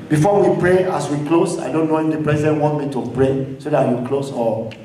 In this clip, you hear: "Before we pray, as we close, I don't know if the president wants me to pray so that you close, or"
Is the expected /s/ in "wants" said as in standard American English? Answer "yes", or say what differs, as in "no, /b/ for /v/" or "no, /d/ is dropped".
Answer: no, /s/ is dropped